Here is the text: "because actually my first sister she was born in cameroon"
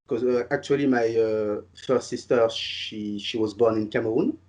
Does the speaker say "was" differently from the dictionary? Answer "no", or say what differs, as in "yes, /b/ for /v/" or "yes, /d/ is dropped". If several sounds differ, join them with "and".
no